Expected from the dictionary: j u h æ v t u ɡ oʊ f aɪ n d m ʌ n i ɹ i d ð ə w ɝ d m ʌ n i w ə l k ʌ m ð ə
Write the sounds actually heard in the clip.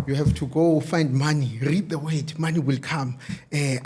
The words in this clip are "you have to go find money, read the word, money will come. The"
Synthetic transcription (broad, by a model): j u h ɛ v t u ɡ oʊ f aɪ n d m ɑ n i ɹ i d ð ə w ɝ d m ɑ n i w ə l k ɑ m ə